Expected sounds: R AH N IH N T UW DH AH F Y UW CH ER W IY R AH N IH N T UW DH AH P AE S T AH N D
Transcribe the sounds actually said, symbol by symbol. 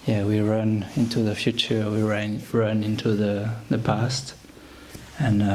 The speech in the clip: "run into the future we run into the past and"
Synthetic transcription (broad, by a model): R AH N IH N T UW DH AH F Y UW CH ER W IY R AH N IH N T UW DH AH P AE S T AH N